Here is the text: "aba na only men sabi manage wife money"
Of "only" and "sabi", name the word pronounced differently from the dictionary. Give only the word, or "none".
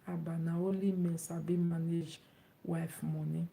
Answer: only